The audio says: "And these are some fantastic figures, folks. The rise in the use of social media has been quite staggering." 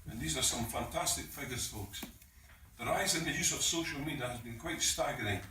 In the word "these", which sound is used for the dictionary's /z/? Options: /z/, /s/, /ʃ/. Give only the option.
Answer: /z/